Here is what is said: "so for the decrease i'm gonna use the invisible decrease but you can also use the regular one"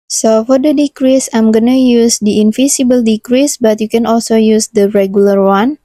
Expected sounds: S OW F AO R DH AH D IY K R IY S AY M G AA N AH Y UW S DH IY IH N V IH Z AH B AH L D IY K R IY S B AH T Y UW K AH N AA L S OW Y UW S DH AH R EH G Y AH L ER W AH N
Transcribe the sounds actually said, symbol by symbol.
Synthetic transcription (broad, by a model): S OW F AO R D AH D IY K R IY S AY M G AA N AH Y UW S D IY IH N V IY S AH B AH L D IY K R IY S B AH T Y UW K AH N AA L S OW Y UW S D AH R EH G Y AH L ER W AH N